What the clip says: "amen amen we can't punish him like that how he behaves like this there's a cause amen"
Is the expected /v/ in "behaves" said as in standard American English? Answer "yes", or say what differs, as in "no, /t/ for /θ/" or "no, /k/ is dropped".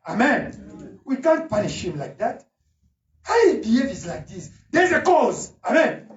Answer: no, /v/ is dropped